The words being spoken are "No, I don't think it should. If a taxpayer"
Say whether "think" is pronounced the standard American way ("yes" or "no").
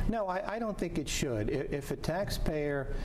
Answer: yes